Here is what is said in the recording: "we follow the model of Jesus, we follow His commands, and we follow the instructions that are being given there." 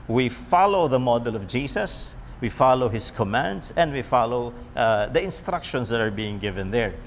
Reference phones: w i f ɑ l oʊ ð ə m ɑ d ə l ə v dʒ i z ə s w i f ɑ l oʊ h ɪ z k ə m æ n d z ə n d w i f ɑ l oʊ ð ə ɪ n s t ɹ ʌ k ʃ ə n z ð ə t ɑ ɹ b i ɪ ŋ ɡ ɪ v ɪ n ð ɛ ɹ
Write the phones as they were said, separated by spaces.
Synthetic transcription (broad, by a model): w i f ɑ l oʊ ð ə m ɑ d ə l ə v dʒ i s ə s w i f ɑ l oʊ h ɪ s k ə m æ n d s ə n d w i f ɑ l oʊ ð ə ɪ n s t ɹ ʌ k ʃ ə n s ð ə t ɑ ɹ b i ɪ ŋ ɡ ɪ v ɪ n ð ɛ ɹ